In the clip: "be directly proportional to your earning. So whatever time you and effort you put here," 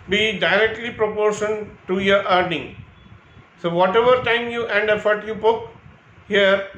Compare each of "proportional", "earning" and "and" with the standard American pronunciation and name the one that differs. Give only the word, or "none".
proportional